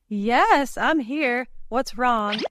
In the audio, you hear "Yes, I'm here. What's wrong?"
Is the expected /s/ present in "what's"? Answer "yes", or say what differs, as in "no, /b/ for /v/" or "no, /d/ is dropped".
yes